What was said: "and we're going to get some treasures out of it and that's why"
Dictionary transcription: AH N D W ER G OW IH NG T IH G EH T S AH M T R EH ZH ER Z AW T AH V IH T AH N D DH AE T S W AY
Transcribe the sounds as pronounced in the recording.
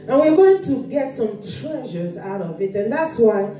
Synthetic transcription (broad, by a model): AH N W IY G OW IH NG T IH G EH T S AH M T R EH ZH ER Z AW T AH V IH T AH N DH AE T S W AY